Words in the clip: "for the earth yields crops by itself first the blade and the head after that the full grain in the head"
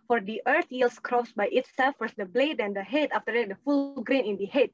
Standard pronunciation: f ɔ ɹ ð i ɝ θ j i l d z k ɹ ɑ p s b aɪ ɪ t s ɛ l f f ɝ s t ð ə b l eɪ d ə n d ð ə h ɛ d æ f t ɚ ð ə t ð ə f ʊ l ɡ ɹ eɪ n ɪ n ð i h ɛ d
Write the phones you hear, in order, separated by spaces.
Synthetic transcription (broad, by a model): f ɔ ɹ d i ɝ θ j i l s k ɹ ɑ s b aɪ ɪ t s ɛ l f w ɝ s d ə b l eɪ d ə n d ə h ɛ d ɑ f t ɚ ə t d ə f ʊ l ɡ ɹ eɪ n ɪ n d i h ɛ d